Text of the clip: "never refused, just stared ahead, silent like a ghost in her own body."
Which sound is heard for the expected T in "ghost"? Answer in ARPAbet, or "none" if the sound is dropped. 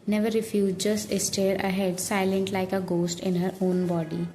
T